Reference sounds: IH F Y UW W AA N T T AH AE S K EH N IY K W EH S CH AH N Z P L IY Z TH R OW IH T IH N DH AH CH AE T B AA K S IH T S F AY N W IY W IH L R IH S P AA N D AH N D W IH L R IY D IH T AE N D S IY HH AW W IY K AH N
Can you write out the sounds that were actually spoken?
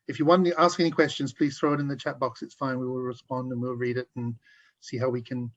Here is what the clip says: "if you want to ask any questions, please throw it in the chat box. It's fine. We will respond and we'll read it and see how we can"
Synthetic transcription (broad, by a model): IH F Y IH W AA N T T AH AE S K EH N IY K W EH S CH AH N Z P L IY Z TH R OW IH T IH N DH AH CH AE T B AA K S IH T S F AY N W IY W IH L R IH S P AA N D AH N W W IH L R IY D IH T N S IY HH AW W IY K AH N